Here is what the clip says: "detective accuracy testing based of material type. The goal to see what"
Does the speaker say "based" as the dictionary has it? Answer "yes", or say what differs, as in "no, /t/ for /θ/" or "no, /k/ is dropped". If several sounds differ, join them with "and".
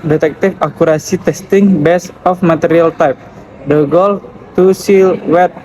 no, /t/ is dropped